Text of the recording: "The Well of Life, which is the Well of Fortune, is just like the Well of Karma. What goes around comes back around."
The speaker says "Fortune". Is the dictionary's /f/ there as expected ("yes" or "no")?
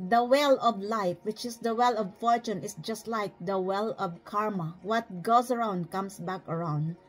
yes